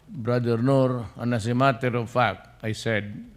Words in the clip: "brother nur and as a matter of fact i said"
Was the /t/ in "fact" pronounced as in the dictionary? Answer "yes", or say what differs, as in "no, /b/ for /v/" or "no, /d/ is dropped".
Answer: no, /t/ is dropped